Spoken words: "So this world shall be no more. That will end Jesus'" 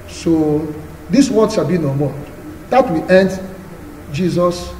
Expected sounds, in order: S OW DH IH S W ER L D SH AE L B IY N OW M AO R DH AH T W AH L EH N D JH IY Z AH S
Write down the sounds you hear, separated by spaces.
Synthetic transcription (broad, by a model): S OW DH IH S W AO D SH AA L B IY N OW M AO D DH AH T W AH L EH N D JH IY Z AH S